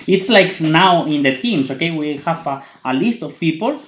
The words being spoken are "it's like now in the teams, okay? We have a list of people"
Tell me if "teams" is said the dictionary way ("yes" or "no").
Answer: no